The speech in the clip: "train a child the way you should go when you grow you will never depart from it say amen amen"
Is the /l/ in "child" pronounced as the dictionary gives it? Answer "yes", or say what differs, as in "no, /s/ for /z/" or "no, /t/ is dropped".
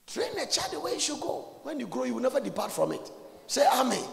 no, /l/ is dropped